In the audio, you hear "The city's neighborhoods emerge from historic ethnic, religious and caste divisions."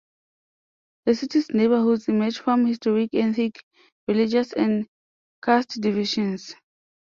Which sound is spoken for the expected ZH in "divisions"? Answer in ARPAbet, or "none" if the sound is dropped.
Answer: SH